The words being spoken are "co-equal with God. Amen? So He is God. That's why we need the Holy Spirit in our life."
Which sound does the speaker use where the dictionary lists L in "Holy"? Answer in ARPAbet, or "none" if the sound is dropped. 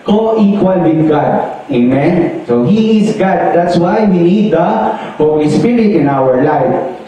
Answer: W